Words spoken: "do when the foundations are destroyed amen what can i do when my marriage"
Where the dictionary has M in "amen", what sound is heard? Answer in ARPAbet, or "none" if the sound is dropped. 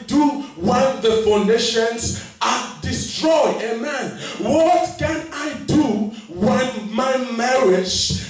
M